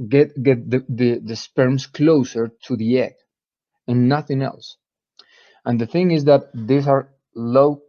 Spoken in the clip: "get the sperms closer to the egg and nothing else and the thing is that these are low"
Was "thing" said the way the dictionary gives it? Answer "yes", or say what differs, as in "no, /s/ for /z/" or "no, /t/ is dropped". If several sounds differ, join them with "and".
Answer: yes